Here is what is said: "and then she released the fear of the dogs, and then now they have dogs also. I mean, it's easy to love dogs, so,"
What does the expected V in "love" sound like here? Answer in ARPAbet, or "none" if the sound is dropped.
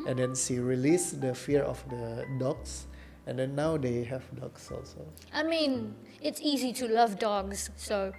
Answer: V